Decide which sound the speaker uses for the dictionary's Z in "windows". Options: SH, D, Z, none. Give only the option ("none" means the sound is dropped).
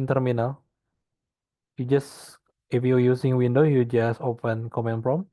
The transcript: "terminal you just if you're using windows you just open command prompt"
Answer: none